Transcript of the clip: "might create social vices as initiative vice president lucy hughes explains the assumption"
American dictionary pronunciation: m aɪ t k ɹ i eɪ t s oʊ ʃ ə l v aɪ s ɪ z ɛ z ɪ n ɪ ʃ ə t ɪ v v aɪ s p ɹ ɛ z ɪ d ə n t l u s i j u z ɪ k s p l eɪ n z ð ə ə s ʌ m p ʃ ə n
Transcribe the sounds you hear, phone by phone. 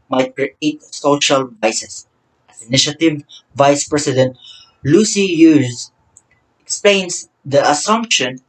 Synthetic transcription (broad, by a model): m aɪ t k ɹ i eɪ t s oʊ ʃ ə l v aɪ s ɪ s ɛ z ɪ n ɪ ʃ ə t ɪ v v aɪ s p ɹ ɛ s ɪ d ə n t l u s i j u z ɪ k s p l eɪ n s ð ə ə s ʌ m p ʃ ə n